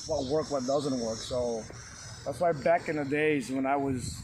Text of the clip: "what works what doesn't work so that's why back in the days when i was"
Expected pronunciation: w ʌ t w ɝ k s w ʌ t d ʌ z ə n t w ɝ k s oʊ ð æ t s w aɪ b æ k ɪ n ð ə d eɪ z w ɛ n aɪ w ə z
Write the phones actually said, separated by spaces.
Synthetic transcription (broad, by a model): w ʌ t w ɝ k w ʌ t d ʌ z ə n t w ɝ k s oʊ ð æ t s w aɪ b æ k ɪ n ð ə d eɪ z w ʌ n aɪ w ə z